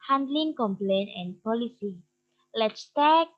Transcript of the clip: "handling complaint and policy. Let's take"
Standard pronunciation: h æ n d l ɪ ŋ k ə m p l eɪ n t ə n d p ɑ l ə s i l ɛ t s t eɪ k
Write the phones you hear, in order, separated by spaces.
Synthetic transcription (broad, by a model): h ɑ n d l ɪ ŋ k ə m p l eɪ n ə n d p ɑ l ə s i l ɛ t s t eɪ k